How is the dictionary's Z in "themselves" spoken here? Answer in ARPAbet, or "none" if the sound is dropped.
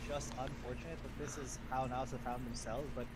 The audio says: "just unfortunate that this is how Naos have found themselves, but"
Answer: Z